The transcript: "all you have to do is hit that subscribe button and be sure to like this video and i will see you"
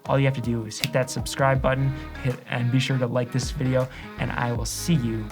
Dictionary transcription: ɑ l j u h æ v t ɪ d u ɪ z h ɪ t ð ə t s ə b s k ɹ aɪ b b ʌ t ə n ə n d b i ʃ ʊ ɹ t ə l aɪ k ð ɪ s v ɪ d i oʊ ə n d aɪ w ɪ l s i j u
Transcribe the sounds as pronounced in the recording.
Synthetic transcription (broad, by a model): ɑ l j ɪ h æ f t ɪ d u ɪ z h ɪ t ð ə t s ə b s k ɹ aɪ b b ʌ t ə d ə n b i ʃ ʊ ɹ t ə l aɪ k ð ɪ s v ɪ d i oʊ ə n aɪ w ɪ l s i j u